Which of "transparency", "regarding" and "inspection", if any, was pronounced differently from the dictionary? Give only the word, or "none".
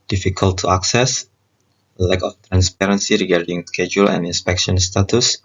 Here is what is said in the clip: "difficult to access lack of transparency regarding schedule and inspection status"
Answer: none